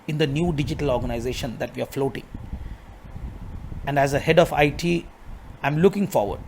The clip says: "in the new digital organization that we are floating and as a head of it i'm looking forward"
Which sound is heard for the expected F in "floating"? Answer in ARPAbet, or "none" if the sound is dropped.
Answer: F